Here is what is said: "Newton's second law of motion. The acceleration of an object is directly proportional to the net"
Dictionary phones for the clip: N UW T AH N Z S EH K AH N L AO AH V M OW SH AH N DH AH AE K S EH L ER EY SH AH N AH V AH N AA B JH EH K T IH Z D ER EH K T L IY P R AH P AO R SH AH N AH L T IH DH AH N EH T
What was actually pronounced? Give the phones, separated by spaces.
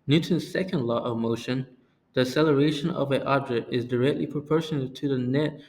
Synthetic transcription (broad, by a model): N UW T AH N S EH K AH N L AO AH V M OW SH AH N DH AH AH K S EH L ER EY SH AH N AH V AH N AA B JH EH K T IH Z D ER EH K T L IY P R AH P AO R SH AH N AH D T IH DH AH N EH T